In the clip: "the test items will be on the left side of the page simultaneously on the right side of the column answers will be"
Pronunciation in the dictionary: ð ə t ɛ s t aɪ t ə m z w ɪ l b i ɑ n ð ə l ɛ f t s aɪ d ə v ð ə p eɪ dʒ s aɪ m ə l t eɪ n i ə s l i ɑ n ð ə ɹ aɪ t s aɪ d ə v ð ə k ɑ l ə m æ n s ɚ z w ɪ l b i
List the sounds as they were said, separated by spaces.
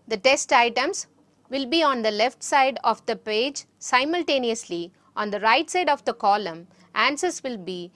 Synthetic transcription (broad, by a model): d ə t ɛ s t aɪ t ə m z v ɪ l b i ɑ n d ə l ɛ f t s aɪ d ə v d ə p eɪ dʒ s aɪ m ə l t eɪ n i ə s l i ɑ n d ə ɹ aɪ t s aɪ d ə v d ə k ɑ l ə m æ n s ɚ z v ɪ l b i